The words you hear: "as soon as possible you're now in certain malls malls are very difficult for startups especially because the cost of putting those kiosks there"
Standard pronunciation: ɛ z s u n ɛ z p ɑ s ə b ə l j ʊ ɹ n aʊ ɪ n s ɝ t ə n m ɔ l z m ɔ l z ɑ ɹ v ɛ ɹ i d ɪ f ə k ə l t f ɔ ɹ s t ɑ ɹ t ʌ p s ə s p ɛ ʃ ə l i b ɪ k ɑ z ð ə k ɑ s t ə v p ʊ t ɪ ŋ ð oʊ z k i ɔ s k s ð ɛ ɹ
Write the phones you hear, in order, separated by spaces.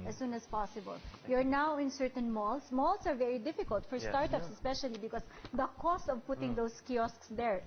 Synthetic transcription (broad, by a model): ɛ s u n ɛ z p ɑ s ə b ə l j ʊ ɹ n aʊ ɪ n s ɝ t ə n m ɔ l s m ɔ l s ɑ ɹ v ɛ ɹ i d ɪ f ə k ə l t f ɔ ɹ s t ɑ ɹ t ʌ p s ə s p ɛ ʃ ə l i b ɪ k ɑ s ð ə k ɑ s t ə v p ʊ t ɪ ŋ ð oʊ s k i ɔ s k s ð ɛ ɹ